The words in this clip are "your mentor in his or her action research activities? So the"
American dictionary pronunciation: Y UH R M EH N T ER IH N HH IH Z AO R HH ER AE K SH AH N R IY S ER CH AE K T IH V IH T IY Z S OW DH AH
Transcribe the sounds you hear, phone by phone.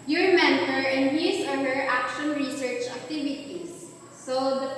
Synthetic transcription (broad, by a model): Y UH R M EH N T ER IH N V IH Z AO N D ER AE K SH AH N R IY S ER CH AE K T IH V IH T IY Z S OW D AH